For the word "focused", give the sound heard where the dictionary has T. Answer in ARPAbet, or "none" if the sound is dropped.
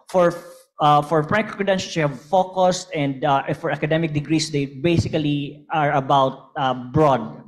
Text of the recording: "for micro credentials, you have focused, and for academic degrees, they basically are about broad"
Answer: T